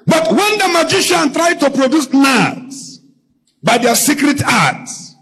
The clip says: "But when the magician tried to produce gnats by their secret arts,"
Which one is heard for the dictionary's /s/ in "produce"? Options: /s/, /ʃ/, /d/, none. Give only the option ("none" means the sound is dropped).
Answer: /s/